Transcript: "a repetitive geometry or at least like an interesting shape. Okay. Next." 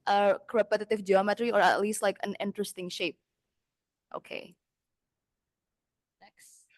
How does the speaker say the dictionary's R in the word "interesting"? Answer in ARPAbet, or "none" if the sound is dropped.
R